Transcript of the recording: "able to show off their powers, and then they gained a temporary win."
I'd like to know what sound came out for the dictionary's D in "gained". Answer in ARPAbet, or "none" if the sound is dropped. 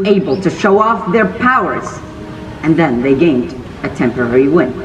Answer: D